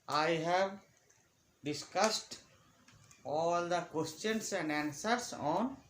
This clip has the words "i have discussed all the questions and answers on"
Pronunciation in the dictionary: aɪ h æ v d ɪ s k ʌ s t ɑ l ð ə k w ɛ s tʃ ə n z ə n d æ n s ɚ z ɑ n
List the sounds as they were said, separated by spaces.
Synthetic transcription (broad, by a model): aɪ h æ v d ɪ s k ʌ s t ɑ l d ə k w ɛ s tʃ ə n s ə n d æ n s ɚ s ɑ n